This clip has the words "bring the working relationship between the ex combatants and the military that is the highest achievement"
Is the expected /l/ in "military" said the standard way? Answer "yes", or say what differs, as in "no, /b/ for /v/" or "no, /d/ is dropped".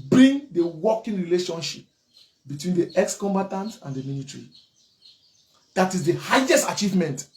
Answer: no, /n/ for /l/